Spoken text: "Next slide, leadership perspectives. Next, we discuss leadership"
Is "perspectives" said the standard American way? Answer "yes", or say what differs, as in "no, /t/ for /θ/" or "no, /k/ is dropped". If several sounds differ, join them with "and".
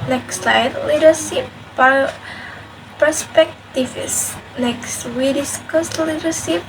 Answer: no, /s/ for /z/